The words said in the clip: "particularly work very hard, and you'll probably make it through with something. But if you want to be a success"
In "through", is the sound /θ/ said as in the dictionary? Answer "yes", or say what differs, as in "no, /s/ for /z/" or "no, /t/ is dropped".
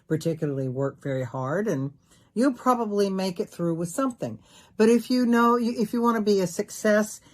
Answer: yes